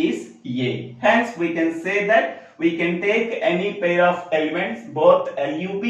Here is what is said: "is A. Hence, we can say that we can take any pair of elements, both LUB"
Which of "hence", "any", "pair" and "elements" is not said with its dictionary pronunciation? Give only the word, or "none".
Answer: none